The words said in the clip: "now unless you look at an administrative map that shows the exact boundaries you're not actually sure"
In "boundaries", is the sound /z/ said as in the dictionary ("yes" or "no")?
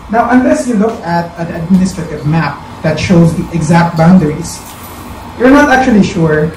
no